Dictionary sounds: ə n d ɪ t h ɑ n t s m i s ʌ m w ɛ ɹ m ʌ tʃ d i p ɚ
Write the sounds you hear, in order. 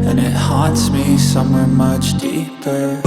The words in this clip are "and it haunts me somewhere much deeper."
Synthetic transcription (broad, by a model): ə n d ɪ t h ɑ t s m i s ʌ m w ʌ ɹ m ʌ tʃ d i p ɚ